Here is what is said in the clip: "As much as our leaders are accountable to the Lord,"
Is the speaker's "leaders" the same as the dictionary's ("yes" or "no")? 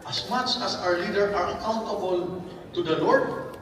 no